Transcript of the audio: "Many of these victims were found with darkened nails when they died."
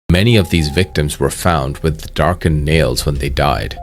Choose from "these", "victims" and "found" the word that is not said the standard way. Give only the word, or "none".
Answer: none